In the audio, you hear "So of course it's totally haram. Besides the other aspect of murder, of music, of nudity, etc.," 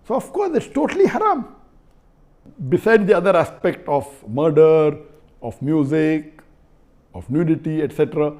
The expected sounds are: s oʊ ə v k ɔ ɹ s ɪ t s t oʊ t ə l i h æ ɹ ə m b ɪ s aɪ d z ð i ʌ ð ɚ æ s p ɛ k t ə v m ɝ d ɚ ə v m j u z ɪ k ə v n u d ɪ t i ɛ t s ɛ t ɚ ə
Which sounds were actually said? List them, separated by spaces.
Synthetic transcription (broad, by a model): s oʊ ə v k ɔ ɹ s ɪ t s t oʊ t ə l i h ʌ ɹ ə m b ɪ s aɪ d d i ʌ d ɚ æ s p ɛ k t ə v m ɝ d ɚ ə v m j u z ɪ k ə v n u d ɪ t i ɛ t s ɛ t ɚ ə